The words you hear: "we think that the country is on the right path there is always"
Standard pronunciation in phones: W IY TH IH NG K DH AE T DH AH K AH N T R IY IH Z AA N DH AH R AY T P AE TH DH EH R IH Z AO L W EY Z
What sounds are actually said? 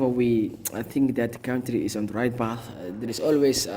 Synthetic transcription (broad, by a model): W IY TH IH NG K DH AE T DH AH K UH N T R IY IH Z AA N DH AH R AY T B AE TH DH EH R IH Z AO L W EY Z